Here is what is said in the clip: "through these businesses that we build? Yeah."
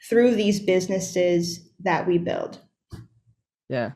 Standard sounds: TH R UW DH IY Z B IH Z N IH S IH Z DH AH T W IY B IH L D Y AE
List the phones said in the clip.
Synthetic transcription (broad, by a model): TH R UW DH IY Z B IH Z N IH S IH Z DH AH T W IY B IH L D Y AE